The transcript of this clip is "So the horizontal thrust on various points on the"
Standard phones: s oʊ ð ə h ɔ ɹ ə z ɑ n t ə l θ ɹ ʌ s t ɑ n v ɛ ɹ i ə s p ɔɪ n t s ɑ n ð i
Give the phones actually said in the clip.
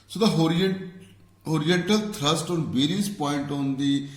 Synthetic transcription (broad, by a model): s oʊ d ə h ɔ ɹ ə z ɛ n t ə l t ɹ ʌ s t ɑ n b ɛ ɹ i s p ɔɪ n t ɑ n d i